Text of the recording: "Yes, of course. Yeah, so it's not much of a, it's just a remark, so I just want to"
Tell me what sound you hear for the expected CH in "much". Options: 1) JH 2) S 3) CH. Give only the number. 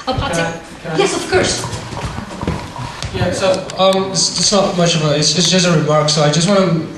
3